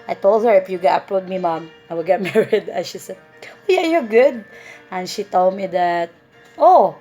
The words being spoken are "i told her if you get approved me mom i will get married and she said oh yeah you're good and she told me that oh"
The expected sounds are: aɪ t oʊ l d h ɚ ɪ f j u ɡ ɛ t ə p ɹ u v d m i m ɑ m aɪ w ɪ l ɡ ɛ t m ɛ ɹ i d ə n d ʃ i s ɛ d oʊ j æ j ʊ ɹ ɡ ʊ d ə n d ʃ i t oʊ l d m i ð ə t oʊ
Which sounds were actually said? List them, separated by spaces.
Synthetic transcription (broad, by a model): aɪ t oʊ l d h ɚ ɪ f j u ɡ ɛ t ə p ɹ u d m i m ɑ m aɪ w ɪ l ɡ ɛ t m ɛ ɹ i d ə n ʃ i s ɛ d oʊ j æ j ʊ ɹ ɡ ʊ d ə n ʃ i t oʊ l d m i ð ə t oʊ